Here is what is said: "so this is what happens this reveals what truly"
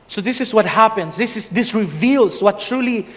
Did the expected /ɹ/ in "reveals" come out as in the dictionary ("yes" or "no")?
yes